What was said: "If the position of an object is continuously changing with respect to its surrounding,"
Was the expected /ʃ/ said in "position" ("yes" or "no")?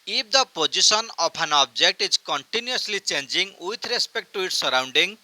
no